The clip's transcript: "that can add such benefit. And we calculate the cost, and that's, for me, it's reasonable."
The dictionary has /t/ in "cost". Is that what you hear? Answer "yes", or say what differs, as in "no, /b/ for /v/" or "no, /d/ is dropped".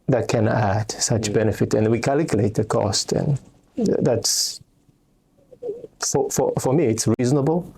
yes